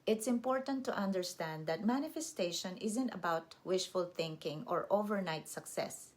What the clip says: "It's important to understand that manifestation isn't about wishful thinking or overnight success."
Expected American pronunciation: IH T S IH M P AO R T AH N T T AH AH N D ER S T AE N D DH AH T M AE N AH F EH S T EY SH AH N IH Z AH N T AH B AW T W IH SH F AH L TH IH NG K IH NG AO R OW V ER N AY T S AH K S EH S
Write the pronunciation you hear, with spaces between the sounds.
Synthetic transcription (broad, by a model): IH T S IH M P AO R T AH N T T AH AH N D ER S T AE N D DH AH T M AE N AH F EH S T EY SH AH N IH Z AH N T AH B AW T W IH SH F AH L TH IH NG K IH NG AO R OW V ER N AY T S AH K S EH S